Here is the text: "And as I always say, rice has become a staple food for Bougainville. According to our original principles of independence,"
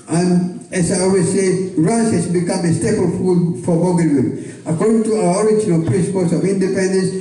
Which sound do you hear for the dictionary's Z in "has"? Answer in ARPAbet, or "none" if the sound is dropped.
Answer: S